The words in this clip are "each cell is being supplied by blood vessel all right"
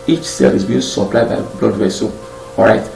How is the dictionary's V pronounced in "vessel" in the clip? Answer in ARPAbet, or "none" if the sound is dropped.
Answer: W